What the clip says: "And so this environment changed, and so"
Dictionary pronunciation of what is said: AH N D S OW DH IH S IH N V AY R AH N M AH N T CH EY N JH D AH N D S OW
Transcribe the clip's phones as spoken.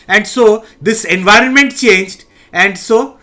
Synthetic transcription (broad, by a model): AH N D S OW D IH S IH N V AY R AH N M AH N T CH EY N JH D AH N D S OW